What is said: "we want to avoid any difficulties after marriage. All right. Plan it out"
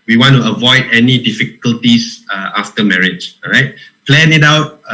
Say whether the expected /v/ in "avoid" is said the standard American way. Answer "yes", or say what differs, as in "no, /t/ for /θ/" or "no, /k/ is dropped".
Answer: yes